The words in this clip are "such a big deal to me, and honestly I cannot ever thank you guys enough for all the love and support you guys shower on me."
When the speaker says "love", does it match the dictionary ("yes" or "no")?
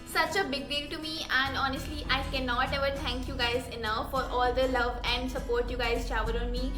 yes